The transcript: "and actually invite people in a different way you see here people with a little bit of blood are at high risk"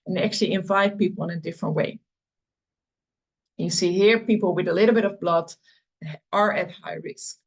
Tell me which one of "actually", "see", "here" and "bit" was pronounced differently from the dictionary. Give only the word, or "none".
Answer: none